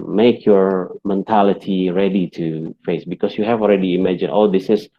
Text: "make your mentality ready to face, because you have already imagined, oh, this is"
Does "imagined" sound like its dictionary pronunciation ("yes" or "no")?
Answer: no